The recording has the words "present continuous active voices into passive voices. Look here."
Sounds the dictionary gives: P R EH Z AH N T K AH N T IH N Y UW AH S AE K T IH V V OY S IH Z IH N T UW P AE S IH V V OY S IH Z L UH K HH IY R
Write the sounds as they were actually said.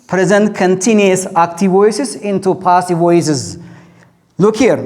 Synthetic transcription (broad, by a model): P R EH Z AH N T K AH N T IH N Y UW AH S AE K T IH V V OY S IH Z IH N T UW P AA S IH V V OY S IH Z L UH K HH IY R